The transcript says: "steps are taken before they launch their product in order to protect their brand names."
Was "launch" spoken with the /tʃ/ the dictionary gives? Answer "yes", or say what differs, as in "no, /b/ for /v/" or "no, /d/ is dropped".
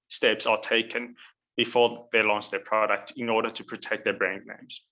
no, /s/ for /tʃ/